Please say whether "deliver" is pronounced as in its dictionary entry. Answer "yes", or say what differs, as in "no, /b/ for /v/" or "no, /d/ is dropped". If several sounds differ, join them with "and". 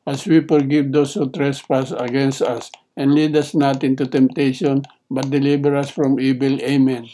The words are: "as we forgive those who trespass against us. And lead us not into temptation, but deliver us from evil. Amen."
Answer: no, /b/ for /v/